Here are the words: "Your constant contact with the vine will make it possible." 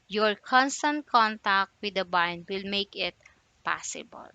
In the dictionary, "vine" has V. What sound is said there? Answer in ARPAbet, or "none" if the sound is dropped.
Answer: B